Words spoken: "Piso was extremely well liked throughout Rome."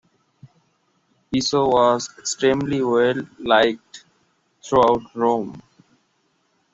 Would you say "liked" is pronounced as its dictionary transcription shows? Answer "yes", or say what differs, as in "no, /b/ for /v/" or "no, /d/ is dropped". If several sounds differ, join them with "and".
yes